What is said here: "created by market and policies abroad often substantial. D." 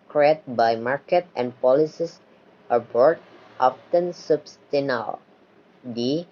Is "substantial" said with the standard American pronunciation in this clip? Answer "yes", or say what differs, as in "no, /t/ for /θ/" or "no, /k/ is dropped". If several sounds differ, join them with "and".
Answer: no, /ʃ/ is dropped